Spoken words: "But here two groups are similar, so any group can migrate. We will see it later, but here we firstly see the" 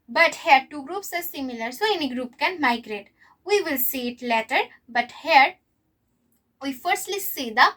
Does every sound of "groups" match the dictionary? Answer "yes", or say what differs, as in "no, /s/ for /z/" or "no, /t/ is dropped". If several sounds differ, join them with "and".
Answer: yes